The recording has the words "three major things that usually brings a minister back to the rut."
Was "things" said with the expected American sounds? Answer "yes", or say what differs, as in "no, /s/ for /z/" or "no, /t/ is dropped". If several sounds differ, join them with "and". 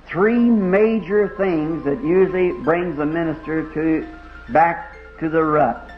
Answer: yes